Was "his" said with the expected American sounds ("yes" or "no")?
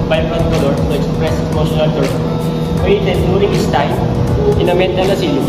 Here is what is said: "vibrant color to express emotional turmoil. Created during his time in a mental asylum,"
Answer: no